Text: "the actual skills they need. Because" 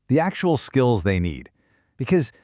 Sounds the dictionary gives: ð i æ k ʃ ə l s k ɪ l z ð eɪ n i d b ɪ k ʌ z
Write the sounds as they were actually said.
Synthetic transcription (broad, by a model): ð i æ k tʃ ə l s k ɪ l z ð eɪ n i d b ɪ k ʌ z